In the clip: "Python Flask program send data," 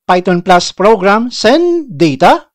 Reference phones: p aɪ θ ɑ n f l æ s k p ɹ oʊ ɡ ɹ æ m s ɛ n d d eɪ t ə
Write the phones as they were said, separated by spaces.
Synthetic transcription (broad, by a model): p aɪ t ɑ n p l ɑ s p ɹ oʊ ɡ ɹ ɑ m s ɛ n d d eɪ t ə